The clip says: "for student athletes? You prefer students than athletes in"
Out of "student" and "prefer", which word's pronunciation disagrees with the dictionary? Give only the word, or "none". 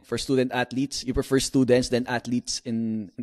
none